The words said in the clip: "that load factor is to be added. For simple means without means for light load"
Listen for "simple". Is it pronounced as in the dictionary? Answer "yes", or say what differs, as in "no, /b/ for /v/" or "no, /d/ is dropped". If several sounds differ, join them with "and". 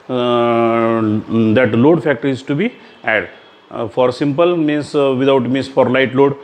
yes